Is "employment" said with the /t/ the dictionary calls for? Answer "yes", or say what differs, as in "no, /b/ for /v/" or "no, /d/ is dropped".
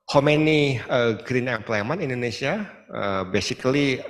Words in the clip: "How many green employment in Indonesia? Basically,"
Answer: no, /t/ is dropped